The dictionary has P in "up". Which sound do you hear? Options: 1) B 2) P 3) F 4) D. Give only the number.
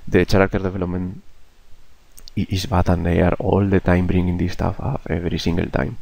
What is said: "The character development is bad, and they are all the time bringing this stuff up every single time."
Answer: 3